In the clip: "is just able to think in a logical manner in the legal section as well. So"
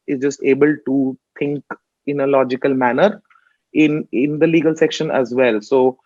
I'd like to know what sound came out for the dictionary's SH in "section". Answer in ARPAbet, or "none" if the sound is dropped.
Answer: SH